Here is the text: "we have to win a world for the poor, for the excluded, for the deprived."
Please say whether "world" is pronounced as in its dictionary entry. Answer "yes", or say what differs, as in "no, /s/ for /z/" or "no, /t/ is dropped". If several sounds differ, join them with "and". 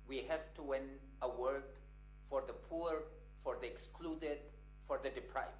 no, /l/ is dropped